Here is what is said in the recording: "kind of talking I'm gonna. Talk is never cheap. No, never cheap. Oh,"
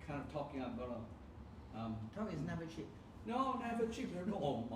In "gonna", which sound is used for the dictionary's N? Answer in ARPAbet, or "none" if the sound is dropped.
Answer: none